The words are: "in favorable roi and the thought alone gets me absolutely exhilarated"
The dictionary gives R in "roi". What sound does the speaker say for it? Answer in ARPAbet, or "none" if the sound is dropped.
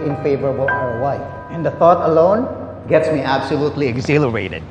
W